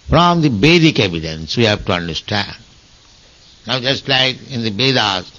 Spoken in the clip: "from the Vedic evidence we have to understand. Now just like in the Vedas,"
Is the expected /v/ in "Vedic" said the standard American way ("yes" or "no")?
no